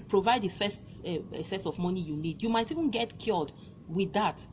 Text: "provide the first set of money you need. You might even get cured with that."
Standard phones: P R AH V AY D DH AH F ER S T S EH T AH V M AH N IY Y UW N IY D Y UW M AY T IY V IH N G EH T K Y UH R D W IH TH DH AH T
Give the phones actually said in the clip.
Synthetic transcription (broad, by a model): P R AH V AY D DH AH F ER S T S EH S AH V M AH N IY Y UW N IY D Y UW M AY T IY V IH N G EH T K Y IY L D W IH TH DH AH T